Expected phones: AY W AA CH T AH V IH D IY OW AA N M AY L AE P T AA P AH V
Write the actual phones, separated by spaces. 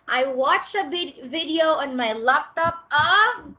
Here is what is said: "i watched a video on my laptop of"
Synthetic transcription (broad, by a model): AY W AA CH AH V IH D IY OW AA N M AY L AE P T AA P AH